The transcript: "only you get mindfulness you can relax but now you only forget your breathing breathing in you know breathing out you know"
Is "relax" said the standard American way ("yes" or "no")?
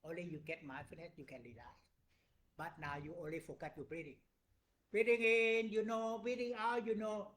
no